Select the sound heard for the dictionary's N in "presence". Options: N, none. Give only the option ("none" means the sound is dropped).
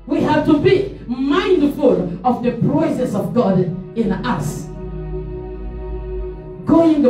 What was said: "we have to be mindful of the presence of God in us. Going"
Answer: none